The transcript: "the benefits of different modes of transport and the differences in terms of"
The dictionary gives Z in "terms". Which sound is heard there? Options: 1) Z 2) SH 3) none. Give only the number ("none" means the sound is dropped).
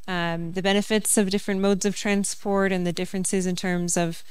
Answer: 1